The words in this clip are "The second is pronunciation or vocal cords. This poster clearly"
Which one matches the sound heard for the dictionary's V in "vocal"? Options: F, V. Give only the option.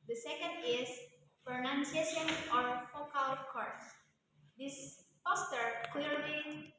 F